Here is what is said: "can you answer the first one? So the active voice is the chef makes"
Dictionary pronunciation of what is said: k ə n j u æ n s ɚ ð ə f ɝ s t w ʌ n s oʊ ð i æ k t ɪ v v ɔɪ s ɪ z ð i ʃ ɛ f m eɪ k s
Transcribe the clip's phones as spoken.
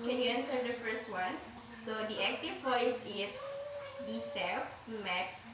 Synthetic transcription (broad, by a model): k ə n j u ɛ n s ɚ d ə f ɝ s t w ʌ n s oʊ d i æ k t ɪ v p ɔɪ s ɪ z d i s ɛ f m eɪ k s